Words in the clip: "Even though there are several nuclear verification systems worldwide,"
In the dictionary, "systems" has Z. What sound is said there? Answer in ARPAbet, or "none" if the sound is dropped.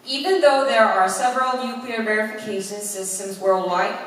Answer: Z